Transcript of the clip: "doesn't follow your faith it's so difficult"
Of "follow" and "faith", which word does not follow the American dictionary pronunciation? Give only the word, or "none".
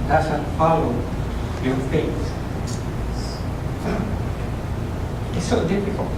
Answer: faith